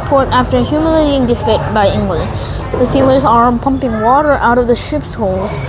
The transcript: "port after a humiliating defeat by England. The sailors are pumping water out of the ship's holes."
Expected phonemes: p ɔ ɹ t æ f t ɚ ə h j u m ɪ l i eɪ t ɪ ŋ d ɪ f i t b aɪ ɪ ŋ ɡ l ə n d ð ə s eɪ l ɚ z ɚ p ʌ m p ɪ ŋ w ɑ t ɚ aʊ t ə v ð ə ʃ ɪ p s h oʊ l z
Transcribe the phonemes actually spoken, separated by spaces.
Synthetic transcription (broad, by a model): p ɔ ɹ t æ f t ɚ h j u m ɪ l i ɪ t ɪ ŋ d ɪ f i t b aɪ ɪ ŋ ɡ l ə n d ð ə s eɪ l ɚ z ɚ p ʌ m p ɪ ŋ w ɑ t ɚ aʊ t ə v ð ə ʃ ɪ p s h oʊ l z